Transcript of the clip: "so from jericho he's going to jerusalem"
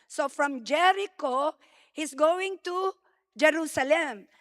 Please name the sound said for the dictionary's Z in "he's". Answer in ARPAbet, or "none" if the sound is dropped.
S